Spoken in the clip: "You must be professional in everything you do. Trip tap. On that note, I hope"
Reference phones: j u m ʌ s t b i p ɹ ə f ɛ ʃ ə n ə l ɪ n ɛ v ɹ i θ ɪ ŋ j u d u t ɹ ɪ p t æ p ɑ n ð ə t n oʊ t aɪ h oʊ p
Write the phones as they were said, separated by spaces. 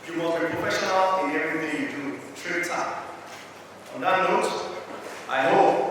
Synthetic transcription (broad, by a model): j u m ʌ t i p ɹ ə f ɛ ʃ ə n ə l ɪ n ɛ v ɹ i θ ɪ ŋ j u d u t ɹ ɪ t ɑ ɑ n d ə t n oʊ t aɪ h oʊ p